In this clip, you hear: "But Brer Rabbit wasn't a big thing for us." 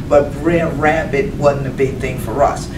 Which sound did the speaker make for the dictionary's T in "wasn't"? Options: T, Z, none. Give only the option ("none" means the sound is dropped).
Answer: none